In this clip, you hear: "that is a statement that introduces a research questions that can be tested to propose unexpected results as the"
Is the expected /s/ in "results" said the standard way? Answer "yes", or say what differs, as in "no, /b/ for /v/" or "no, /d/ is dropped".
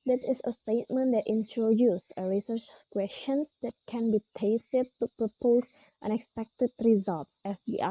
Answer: no, /s/ is dropped